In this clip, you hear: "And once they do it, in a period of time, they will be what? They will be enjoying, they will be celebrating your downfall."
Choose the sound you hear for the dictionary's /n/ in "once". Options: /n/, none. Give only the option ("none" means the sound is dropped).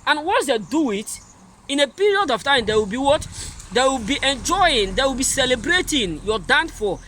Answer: none